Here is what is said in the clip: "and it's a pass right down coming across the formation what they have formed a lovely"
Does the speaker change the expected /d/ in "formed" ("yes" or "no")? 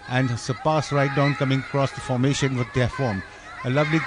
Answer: yes